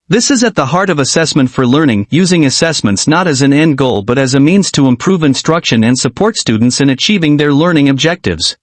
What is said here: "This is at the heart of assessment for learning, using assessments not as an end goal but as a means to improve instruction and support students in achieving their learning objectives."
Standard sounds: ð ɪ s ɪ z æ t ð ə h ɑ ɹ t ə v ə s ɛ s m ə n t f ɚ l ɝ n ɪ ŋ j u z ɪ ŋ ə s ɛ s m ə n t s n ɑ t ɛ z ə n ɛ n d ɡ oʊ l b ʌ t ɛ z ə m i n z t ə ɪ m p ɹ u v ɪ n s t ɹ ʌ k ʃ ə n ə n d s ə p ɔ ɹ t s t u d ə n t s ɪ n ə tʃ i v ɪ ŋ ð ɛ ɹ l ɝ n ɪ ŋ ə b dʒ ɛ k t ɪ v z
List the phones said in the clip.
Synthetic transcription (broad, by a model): ð ɪ s ɪ z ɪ t ð ə h ɑ ɹ t ə v ə s ɛ s m ə n t f ɚ l ɝ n ɪ ŋ j u z ɪ ŋ ə s ɛ s m ə n t s n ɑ t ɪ z ə n ɛ n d ɡ oʊ l b ʌ t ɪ z ə m i n z t ə ɪ m p ɹ u v ɪ n s t ɹ ʌ k ʃ ə n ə n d s ə p ɔ ɹ t s t u d n t s ɪ n ə tʃ i v ɪ ŋ ð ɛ ɹ l ɝ n ɪ ŋ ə b dʒ ɛ k t ɪ v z